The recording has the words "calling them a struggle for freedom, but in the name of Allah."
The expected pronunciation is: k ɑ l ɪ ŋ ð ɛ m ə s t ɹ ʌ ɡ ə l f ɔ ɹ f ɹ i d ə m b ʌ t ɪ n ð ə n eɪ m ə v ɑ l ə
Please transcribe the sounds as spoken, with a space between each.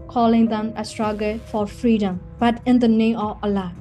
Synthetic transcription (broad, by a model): k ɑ l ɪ ŋ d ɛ m ə s t ɹ ʌ ɡ ə l f ɔ ɹ f ɹ i d ə m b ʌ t ɪ n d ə n eɪ m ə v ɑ l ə